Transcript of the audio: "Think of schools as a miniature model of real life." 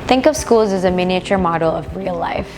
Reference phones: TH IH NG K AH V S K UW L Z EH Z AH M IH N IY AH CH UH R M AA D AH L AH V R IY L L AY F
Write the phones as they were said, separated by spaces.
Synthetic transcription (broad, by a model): TH IH NG K AH V S K UW L Z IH Z AH M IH N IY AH CH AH R M AA D L AH V R IY L L AY F